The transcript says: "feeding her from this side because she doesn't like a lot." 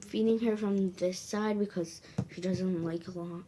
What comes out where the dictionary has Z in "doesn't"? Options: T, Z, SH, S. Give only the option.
Z